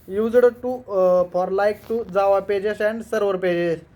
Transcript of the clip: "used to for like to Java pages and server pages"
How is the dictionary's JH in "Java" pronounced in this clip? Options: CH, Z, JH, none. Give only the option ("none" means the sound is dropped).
Z